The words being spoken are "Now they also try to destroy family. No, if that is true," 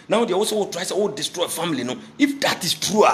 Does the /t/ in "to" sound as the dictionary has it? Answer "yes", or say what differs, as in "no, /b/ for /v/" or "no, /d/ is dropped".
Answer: no, /s/ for /t/